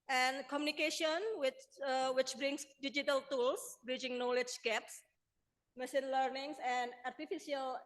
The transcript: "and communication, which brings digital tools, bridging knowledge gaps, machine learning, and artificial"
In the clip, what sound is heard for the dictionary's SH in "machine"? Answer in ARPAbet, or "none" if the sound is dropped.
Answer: S